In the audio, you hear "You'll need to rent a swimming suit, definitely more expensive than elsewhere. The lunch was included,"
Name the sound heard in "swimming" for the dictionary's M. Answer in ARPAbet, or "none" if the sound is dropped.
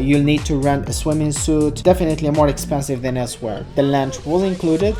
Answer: M